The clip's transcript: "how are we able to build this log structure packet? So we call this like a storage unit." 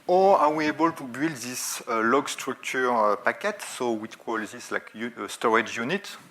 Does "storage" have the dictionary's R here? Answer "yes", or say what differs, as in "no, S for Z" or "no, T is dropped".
yes